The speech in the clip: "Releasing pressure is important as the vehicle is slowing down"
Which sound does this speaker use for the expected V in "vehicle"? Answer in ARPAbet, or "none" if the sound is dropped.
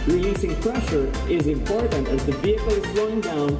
V